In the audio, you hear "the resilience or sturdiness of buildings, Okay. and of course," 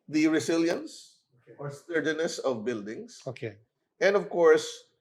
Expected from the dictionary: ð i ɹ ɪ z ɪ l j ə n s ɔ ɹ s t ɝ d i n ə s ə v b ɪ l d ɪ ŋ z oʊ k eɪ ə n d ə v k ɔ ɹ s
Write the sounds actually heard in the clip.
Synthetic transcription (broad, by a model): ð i ɹ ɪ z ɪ l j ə n s ɔ ɹ s t ɝ d i n ə s ə v b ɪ l d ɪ ŋ s oʊ k eɪ ə n d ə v k ɔ ɹ s